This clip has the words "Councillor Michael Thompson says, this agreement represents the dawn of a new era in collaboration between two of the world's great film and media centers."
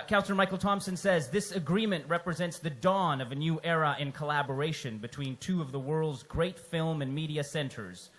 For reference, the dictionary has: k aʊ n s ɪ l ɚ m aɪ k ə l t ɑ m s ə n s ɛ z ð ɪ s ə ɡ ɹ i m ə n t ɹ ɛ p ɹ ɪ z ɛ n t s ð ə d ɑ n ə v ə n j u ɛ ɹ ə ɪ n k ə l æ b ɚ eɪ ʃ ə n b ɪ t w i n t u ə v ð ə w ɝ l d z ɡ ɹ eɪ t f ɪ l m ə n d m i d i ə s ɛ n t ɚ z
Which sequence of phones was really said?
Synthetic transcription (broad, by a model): k aʊ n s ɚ m aɪ k l t ɑ m s ə n s ɛ z ð ɪ s ə ɡ ɹ i m ə n t ɹ ɛ p ɹ ɪ z ɛ n t s ð ə d ɑ n ə v ə n j u ɛ ɹ ə ɪ n k ə l æ b ɚ eɪ ʃ ə n b ɪ t w i n t u ə v ð ə w ɝ l d z ɡ ɹ eɪ t f ɪ l m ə n m i d i ə s ɛ n t ɚ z